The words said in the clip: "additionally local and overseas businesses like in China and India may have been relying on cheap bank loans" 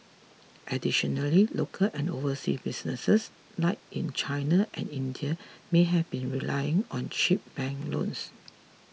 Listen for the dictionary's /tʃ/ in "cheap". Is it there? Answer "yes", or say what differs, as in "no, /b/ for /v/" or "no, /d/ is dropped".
no, /ʃ/ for /tʃ/